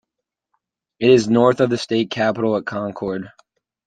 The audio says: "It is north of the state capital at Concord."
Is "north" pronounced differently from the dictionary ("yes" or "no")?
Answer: no